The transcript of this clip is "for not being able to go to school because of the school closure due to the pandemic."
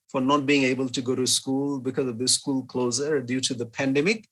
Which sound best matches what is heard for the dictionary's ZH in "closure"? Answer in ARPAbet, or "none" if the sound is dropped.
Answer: Z